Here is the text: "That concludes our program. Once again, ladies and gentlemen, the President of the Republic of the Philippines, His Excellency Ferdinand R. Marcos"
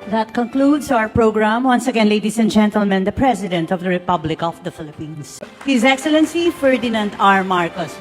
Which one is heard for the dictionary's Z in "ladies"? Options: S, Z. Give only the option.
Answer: S